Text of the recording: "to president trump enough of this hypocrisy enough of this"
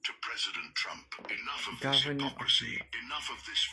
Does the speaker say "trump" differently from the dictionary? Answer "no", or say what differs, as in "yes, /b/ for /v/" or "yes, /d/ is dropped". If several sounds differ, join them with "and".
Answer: no